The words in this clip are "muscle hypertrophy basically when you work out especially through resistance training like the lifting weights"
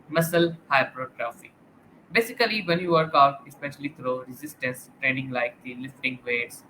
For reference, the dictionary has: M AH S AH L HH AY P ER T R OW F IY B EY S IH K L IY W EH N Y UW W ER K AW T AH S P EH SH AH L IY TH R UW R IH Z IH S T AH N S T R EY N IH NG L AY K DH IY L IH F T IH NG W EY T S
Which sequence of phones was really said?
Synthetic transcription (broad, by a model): M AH S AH L HH AY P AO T R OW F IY B EY S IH K L IY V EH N Y UW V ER K AW T AH S P EH SH AH L IY T R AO R IH Z IH S T AH N S T R EY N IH NG L AY K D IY L IH F T IH NG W EY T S